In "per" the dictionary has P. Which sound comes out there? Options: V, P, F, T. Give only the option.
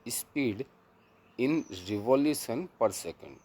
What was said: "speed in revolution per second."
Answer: P